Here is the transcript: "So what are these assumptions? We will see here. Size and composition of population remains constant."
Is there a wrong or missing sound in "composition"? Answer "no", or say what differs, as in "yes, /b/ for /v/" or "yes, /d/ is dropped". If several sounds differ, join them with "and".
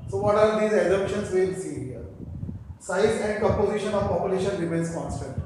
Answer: yes, /m/ is dropped